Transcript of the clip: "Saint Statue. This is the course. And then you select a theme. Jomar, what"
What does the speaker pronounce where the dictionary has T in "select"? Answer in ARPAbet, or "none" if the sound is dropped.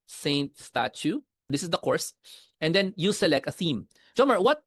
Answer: T